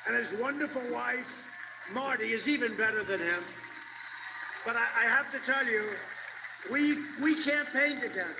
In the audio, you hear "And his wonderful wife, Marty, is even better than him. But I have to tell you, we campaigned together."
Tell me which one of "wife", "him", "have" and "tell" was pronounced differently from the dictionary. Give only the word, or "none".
have